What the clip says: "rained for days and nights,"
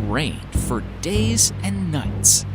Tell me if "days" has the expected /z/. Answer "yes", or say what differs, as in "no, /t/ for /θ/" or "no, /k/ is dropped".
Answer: yes